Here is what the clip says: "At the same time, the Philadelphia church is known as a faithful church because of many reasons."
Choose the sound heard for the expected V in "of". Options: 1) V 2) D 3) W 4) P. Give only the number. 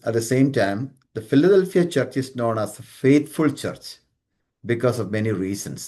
1